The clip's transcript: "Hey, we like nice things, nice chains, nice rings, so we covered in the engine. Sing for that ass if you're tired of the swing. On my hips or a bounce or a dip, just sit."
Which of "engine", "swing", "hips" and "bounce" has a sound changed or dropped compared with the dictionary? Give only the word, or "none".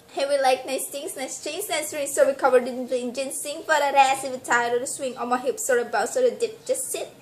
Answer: bounce